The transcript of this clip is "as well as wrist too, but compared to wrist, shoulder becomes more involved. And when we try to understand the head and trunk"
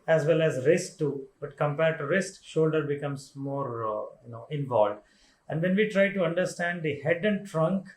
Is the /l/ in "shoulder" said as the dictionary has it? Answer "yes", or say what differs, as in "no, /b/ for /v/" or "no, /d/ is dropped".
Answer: yes